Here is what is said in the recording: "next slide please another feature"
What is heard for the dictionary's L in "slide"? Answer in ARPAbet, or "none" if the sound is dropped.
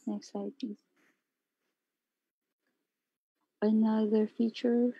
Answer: none